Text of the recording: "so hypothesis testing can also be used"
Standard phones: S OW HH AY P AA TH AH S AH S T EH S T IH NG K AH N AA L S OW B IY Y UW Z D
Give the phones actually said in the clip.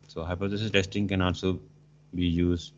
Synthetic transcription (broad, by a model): S OW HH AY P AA S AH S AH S T EH S T IH NG K AH N AA L S OW B IY Y UW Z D